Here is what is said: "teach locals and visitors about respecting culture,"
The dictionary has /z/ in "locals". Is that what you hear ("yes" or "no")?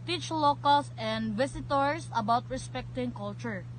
no